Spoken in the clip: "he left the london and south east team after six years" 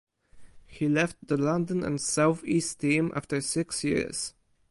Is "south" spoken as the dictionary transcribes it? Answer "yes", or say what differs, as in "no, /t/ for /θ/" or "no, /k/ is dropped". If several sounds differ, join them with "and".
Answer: yes